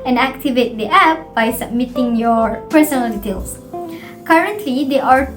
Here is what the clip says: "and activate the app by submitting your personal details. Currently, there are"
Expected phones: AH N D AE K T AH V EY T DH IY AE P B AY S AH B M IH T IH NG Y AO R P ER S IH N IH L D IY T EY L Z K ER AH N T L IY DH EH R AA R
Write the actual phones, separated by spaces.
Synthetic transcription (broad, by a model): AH N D AE K T AH V EY T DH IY AE P B AY S AH B M IH T IH NG Y AO R P ER S IH N IH L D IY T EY L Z K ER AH N T L IY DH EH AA R